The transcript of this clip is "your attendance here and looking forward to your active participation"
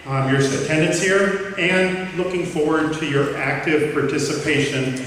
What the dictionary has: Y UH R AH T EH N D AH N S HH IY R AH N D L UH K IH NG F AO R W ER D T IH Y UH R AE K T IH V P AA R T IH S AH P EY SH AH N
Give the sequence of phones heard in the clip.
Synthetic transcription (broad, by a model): Y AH R AH T EH N D AH N S HH IY R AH N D L UH K IH NG F AO R W ER D T IH Y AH R AE K T IH V P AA R T IH S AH P EY SH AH N